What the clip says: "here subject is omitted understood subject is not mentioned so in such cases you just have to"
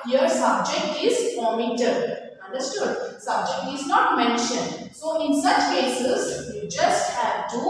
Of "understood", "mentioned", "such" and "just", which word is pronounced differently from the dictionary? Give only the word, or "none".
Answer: none